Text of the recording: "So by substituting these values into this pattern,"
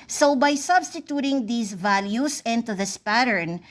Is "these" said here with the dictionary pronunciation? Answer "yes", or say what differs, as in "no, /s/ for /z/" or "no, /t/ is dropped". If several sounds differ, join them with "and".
no, /s/ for /z/